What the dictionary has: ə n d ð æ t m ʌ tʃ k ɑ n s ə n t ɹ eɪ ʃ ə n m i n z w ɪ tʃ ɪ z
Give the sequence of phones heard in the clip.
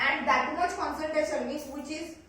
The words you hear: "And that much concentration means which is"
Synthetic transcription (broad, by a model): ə n d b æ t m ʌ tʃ k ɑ n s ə l t ɹ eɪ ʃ ə n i z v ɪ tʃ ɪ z